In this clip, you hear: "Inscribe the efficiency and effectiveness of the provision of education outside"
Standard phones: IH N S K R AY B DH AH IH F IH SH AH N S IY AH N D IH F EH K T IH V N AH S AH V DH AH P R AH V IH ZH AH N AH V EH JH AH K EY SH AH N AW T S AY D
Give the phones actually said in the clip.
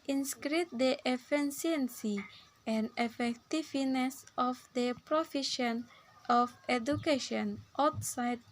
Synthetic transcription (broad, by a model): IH N S K R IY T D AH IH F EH S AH N S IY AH N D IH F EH K T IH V N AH S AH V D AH P R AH F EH SH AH N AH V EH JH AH K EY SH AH N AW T S AY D